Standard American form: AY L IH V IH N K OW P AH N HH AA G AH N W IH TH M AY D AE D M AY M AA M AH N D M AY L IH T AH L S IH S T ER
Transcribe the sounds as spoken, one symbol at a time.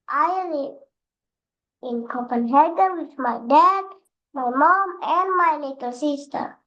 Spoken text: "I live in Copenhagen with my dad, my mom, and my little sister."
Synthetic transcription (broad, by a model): AY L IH IH N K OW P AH N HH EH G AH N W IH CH M AY D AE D M AY M AA M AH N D M AY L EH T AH L S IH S T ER